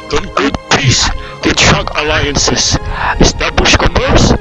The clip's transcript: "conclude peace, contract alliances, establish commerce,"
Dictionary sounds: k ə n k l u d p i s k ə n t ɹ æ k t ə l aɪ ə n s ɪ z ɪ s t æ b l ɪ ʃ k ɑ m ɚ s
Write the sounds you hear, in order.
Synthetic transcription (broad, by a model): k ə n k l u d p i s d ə t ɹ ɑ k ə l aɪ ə n s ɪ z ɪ s t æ b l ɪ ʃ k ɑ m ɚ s